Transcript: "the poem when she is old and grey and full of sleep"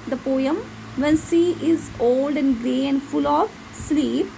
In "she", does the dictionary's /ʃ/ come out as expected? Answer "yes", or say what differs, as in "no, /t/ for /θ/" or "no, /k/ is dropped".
no, /s/ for /ʃ/